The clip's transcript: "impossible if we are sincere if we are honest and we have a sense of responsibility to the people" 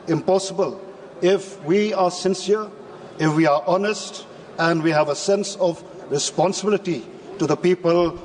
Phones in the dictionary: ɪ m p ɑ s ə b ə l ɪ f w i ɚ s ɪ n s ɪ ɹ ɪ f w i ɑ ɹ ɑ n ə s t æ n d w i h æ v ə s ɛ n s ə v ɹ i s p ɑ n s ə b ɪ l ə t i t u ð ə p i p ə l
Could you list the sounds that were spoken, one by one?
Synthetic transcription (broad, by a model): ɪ m p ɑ s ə b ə l ɪ f w i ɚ s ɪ n s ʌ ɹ ɪ f w i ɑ ɹ ɑ n ə s t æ n d w i h æ v ə s ɛ n s ə v ɹ i s p ɑ n s ə b ɪ l ə t i t u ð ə p i p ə l